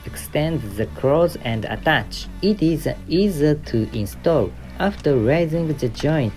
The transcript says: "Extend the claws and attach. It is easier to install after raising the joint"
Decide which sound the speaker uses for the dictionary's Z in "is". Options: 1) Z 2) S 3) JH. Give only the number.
1